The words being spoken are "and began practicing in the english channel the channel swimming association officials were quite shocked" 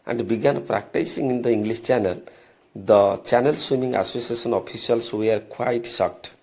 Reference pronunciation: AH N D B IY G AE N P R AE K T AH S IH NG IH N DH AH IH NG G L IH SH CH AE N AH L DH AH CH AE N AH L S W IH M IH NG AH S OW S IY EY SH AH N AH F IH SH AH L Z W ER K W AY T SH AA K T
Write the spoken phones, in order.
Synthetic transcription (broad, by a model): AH N D B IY G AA N P R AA K T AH S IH NG IH N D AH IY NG G L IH S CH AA N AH L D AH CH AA N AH L S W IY M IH NG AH S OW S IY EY S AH N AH P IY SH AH L S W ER K W AY T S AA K T